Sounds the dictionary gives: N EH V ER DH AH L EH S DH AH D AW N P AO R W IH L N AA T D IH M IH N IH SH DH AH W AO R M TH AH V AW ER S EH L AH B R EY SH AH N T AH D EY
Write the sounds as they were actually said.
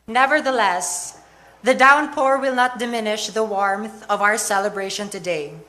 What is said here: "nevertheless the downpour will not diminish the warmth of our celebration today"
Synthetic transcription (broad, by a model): N EH V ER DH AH L EH S DH AH D AW N P AO R W IH L N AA T D IH M IH N IH SH DH AH W AO R M TH AH V AW ER S EH L AH B R EY SH AH N T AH D EY